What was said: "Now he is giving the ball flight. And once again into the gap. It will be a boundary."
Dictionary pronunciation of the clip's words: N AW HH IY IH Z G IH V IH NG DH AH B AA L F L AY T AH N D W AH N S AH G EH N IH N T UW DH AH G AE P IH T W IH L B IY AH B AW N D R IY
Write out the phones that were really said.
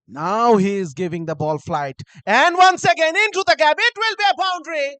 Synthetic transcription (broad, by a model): N AW HH IY IH Z G IH V IH NG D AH B AA L F L AY T AH N D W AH N S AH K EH N IH N T UW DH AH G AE B IH T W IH L B IY AH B AW N D R IY